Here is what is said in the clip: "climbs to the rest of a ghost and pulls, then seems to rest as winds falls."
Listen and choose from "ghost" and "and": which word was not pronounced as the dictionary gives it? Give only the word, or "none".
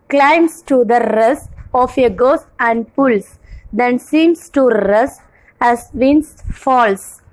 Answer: ghost